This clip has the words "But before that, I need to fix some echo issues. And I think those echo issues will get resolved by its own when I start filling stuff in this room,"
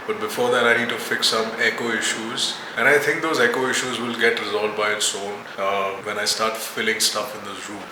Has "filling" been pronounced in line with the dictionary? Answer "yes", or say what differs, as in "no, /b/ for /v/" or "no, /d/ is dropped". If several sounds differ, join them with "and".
yes